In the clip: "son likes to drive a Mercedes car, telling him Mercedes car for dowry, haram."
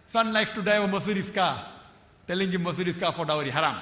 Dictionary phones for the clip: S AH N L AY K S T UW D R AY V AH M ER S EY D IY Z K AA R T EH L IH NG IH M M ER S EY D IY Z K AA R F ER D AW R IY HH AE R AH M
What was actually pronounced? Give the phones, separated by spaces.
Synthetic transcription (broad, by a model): S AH N L AY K T UW D AY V AH M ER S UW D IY S K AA T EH L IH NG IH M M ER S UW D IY S K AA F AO D AW R IY HH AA R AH M